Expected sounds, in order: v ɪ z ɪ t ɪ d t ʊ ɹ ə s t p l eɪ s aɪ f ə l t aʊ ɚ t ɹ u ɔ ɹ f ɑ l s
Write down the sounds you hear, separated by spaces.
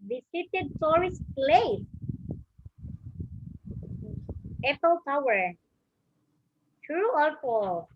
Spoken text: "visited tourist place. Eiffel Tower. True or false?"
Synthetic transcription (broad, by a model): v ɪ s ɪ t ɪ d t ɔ ɹ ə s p l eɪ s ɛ p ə l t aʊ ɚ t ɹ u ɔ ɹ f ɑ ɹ